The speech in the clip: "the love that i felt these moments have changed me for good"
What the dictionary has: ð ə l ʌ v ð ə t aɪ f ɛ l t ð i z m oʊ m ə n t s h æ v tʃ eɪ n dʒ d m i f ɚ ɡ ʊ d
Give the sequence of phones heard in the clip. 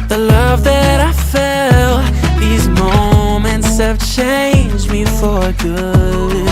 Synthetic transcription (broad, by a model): ð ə l ʌ v ð ə t aɪ f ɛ l ð i z m oʊ m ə n t s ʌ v tʃ eɪ n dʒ m i f ɚ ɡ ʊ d